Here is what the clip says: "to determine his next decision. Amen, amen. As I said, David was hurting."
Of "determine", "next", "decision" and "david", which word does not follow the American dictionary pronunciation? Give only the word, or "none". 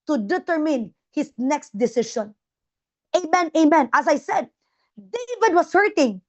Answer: decision